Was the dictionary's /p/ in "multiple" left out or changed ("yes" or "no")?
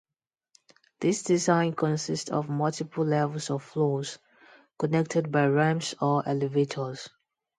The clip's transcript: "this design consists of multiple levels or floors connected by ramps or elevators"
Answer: no